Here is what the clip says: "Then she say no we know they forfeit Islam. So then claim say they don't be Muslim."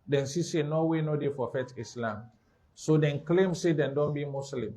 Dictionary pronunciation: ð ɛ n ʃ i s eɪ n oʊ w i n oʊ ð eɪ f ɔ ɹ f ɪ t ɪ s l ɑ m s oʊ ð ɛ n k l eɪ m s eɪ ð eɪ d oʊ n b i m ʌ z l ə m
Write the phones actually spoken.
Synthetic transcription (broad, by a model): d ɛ n s i s eɪ n oʊ w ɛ n oʊ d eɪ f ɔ f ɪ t ɪ s l ɑ m s oʊ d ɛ n k l eɪ m s eɪ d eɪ d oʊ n b i m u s l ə m